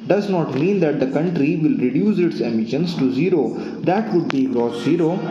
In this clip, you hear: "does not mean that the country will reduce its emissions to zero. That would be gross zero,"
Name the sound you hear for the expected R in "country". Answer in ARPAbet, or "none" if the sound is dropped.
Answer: R